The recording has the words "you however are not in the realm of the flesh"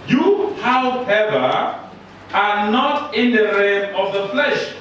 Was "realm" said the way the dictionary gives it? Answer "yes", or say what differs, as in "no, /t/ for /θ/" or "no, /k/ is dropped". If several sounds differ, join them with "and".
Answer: no, /l/ is dropped